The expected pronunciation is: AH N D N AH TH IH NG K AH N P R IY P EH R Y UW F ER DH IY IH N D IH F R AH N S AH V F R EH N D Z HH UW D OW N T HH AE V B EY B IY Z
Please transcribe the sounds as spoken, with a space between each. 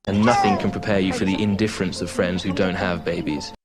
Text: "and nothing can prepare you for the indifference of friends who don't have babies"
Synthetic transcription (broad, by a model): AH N N AH TH IH NG K AH N P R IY P EH Y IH F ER DH IY IH N D IH F R AH N S AH V F R EH N D Z HH UW D OW N T HH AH V B EY B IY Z